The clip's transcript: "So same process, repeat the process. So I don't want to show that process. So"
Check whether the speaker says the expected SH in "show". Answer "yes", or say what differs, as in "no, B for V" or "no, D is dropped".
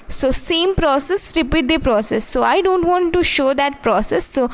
yes